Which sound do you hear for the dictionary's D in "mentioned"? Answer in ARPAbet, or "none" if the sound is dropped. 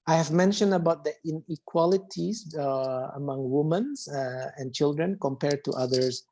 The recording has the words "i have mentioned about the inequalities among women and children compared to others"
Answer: D